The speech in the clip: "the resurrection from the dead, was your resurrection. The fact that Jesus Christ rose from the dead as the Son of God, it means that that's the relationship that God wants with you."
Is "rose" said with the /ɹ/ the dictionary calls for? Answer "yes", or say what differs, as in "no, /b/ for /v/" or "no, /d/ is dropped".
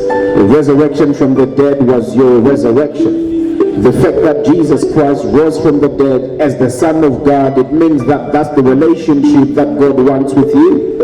no, /w/ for /ɹ/